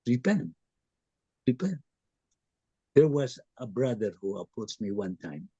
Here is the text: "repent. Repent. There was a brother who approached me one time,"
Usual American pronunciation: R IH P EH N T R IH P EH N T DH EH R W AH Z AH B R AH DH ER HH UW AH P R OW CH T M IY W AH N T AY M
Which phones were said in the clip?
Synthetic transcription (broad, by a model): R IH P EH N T R IH P EH N T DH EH R W AH Z AH B R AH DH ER HH UW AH P OW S M IY W AH N T AY M